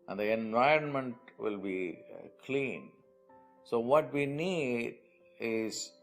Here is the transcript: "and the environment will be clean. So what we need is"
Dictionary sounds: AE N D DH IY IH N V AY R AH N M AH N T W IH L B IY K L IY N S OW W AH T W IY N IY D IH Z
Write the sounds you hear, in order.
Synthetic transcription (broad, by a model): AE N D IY IH N V AY R AH N M AH N T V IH L B IY K L IY N S OW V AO T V IY N IY D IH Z